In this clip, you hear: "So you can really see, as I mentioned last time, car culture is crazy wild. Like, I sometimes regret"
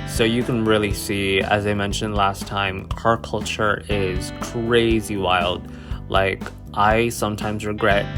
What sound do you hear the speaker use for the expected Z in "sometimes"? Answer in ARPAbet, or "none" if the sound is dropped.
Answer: Z